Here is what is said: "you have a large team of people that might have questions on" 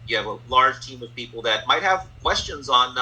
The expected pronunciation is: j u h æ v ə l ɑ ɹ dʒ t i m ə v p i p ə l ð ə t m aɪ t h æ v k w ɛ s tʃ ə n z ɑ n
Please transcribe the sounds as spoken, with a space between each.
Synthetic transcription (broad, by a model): j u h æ v ə l ɑ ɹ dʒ t i m ə v p i p l ð ə t m aɪ t h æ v k w ɛ s tʃ ə n z n